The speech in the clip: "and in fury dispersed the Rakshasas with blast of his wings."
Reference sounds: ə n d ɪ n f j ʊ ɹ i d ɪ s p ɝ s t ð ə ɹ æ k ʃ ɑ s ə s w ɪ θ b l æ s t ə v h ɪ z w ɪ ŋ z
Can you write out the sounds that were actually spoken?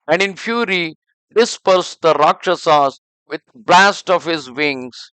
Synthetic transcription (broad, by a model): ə n d ɪ n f j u ɹ i d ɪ s p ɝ s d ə ɹ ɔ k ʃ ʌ s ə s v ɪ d b l æ s t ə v h ɪ z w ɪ ŋ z